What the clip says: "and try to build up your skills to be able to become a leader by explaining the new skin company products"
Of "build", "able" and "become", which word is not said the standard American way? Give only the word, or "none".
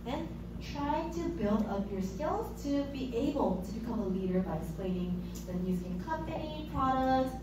none